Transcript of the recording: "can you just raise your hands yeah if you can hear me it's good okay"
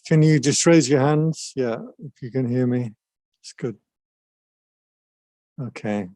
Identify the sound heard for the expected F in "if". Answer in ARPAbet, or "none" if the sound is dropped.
F